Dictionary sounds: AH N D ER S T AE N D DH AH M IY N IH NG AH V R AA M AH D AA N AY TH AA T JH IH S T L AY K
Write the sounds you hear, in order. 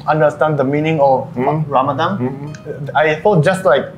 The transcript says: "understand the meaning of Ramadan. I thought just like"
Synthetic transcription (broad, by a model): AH N D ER S T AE N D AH M IY N IH NG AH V R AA M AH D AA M AY F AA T JH IH S T L AY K